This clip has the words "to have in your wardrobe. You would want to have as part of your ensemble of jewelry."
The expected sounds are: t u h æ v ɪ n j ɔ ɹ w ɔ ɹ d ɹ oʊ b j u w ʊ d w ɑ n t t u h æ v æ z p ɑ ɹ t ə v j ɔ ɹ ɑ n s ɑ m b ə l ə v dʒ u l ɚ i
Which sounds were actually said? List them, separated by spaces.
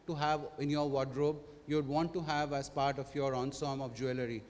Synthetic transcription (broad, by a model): t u h æ v ɪ n j ɔ ɹ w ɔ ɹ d ɹ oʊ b j u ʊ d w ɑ n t t u h æ v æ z p ɑ ɹ t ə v j ɔ ɹ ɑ n s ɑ m ə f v dʒ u l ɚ i